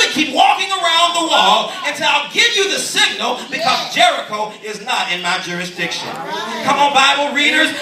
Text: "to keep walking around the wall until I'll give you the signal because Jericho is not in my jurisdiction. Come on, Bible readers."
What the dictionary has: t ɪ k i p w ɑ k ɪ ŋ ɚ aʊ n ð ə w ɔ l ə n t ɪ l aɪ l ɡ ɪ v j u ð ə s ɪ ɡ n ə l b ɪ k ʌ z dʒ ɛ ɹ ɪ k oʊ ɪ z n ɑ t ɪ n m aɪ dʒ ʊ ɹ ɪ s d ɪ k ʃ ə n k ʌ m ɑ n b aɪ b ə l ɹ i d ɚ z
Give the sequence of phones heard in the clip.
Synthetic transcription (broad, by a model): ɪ k i p w ɑ k ɪ ŋ ɚ aʊ n ð ə w ɔ l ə n s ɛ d aɪ l ɡ ɪ v j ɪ ð ə s ɪ ɡ n l b ɪ k ʌ z dʒ ɛ ɹ ɪ k oʊ ɪ z n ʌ t ɪ n m aɪ dʒ ʊ ɹ ɪ s d ɪ k ʃ ə n k ʌ m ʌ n b aɪ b l ɹ i d ɚ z